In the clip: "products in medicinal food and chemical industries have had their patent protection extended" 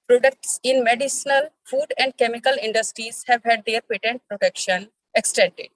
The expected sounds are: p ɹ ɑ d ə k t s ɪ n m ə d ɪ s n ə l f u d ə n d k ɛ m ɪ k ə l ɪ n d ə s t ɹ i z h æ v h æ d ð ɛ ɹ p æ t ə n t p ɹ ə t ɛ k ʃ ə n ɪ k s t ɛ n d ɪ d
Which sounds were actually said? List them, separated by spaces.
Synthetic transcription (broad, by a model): p ɹ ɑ d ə k t s ɪ n m ə d ɪ s n ə l f u d ə n d k ɛ m ɪ k ə l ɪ n d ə s t ɹ i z h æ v h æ d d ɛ ɹ p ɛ t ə n t p ɹ ə t ɛ k ʃ ə n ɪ k s t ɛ n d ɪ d